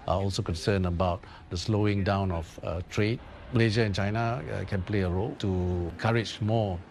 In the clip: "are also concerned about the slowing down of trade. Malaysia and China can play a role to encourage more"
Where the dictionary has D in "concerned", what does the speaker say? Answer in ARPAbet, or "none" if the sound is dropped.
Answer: none